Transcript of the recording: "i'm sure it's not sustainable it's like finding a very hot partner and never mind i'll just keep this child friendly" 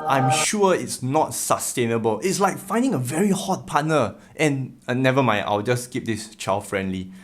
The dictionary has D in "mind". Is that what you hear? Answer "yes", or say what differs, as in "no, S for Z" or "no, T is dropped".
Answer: no, D is dropped